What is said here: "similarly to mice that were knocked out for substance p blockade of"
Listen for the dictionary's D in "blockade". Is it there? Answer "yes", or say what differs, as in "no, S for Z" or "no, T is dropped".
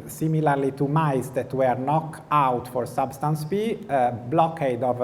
yes